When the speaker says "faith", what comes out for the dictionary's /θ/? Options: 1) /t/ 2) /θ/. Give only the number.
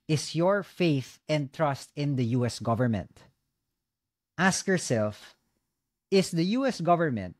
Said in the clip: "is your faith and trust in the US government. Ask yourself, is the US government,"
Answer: 2